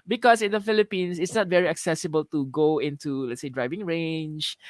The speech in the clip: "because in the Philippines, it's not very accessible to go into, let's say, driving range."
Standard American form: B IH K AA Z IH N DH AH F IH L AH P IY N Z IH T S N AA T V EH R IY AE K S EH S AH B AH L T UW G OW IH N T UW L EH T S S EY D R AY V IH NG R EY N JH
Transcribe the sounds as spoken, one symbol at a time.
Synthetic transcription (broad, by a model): B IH K AA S IH N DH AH F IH L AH P IY N S IH T S N AA T V EH R IY AE K S EH S AH B AH L T UW G OW IH N T UW L EH T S S EY D R AY V IH NG R EY N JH